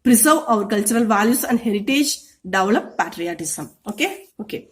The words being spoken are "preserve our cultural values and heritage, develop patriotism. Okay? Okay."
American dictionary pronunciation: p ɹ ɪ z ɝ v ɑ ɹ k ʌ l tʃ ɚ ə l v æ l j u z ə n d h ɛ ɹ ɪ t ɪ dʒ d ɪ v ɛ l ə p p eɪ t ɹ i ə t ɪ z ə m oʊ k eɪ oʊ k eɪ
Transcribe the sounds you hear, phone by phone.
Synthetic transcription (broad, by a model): p ɹ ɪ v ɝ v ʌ ɹ k ʌ l tʃ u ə l v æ l j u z ə n d h ɛ ɹ ɪ t ɪ dʒ d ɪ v l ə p p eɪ t ɹ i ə t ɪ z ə m oʊ k eɪ oʊ k eɪ